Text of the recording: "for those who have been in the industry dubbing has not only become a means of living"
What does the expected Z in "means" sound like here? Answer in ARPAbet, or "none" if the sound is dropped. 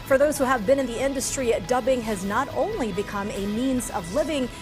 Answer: Z